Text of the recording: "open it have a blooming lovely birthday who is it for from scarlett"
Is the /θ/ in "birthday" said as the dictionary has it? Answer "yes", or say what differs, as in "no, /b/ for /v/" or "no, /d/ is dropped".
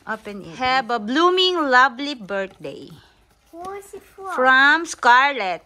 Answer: no, /t/ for /θ/